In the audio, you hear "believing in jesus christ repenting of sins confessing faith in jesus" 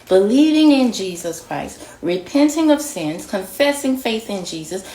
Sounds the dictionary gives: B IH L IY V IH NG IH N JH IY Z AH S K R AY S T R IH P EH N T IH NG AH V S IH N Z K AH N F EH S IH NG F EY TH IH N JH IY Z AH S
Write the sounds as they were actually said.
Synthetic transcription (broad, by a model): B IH L IY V IH NG IH N JH IY Z AH S K R AY S T R IH P EH N T IH NG AH V S IH N Z K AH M F EH S IH NG F EY TH IH N JH IY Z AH S